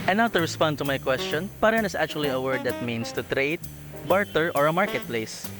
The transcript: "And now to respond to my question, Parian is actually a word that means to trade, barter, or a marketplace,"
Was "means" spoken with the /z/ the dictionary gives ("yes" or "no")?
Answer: no